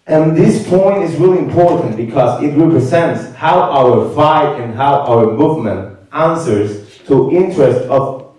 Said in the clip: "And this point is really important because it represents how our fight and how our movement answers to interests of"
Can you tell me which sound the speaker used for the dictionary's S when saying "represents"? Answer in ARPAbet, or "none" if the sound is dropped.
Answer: S